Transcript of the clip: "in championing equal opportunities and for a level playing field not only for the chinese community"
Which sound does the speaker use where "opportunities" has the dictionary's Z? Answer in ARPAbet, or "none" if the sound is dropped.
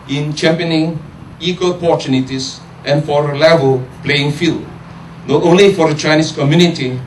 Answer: S